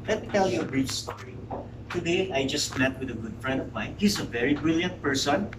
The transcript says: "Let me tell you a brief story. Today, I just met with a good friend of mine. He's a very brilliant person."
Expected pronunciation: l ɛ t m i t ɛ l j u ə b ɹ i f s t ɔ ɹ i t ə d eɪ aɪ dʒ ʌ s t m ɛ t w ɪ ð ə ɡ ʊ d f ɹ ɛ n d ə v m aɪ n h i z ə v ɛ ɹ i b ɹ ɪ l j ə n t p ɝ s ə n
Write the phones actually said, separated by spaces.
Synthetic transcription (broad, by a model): l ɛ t m i t ɛ l j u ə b ɹ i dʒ s t ɔ ɹ i t ə d eɪ aɪ dʒ ʌ s t m ɛ t w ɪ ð ə ɡ ʊ d f ɹ ɛ n d ə v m aɪ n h i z ə v ɛ ɹ i b ɹ ɪ l j ə n t p ɝ s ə n